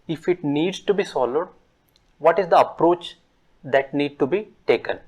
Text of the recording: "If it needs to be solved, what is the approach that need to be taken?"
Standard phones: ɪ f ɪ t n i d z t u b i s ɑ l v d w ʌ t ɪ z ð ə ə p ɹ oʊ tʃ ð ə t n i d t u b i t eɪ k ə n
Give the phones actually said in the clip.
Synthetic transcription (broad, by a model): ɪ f ɪ t n i d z t u b i s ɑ l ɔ d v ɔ t ɪ z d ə ə p ɹ oʊ tʃ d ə t n i d t u b i t eɪ k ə n